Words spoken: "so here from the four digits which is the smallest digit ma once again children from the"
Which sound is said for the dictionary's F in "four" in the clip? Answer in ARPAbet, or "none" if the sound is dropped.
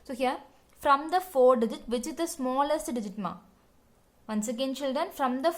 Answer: F